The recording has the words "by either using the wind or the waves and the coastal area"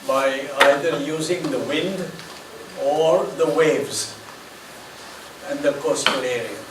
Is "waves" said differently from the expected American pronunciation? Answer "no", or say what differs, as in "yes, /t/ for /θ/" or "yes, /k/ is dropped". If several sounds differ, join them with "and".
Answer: no